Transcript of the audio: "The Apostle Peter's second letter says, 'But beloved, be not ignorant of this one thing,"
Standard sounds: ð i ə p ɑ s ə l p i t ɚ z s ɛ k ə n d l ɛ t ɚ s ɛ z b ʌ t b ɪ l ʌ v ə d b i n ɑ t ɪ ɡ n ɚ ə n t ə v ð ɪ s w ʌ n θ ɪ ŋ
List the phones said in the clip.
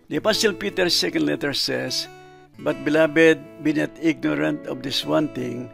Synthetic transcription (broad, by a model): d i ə p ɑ s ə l p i t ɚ s ɛ k ə n d l ɛ t ɚ s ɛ s b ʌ t b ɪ l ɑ b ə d b i n ɑ t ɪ ɡ n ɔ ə n t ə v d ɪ s w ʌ n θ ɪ ŋ